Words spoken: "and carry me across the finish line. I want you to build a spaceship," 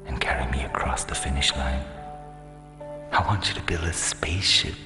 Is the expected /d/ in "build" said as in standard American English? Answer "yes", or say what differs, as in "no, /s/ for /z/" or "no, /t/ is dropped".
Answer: no, /d/ is dropped